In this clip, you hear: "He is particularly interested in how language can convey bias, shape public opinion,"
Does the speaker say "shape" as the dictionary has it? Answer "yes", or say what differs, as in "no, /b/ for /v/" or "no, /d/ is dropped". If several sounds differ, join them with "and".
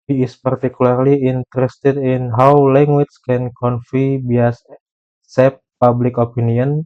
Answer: no, /s/ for /ʃ/